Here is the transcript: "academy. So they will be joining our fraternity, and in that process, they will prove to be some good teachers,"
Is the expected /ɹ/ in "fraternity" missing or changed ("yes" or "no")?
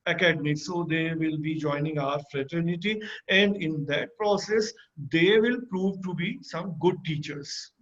no